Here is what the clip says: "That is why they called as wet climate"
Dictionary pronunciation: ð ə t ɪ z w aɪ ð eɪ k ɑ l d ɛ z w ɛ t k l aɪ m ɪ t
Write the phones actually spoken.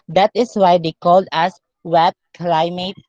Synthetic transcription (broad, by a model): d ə t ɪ s w aɪ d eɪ k ɑ l d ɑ s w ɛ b k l aɪ m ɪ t